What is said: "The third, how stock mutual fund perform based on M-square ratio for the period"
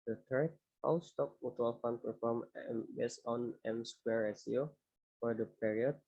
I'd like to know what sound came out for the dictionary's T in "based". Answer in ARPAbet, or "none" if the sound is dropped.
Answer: none